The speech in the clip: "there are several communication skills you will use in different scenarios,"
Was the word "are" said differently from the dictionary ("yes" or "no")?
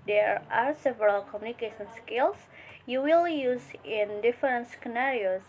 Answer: no